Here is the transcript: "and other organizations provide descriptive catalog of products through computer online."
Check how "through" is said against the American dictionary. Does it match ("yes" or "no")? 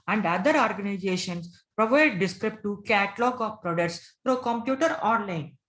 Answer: no